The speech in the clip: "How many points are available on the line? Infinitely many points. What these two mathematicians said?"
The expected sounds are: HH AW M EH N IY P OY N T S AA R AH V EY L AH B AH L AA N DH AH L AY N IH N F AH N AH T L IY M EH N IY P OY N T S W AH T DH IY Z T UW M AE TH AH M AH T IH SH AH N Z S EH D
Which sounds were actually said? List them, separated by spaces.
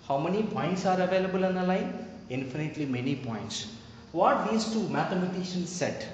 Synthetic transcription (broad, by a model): HH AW M EH N IY P OY N T S AA R AH V EY L AH B AH L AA N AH L AY N IH N F AH N AH T L IY M EH N IY P OY N T S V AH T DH IY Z T UW M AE T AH M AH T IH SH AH N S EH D